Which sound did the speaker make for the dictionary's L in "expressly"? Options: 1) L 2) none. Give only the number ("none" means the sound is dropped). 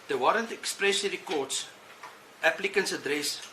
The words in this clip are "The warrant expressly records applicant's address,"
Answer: 2